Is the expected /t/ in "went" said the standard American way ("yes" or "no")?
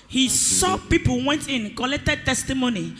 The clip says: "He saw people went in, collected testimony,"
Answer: yes